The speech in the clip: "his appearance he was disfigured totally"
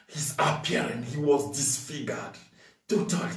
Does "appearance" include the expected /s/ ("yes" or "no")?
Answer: no